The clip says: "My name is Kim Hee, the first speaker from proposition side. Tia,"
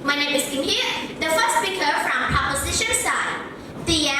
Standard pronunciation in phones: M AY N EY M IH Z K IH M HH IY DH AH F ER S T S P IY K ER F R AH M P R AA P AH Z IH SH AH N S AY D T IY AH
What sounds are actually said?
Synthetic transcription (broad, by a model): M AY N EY IH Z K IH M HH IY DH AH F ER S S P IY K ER F R AH M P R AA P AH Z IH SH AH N S AY D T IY